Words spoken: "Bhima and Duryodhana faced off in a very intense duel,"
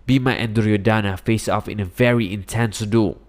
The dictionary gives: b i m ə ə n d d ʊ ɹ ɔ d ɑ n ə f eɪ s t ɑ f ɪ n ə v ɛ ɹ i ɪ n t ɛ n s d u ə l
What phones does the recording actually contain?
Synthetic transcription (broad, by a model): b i m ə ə n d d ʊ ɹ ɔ d ɑ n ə f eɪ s ɑ f ɪ n ə v ɛ ɹ i ɪ n t ɛ n s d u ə